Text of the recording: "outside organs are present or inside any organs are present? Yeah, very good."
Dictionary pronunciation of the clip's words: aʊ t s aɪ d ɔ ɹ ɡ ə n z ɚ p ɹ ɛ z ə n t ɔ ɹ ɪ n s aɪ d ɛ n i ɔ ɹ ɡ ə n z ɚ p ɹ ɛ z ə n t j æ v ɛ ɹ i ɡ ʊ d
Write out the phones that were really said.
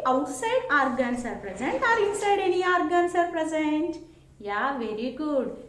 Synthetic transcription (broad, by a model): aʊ t s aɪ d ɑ ɹ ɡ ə n s ɚ p ɹ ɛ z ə n t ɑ ɹ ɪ s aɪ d ɛ n i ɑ ɹ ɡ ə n s ɚ p ɹ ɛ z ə n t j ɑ v ɛ ɹ i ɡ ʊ d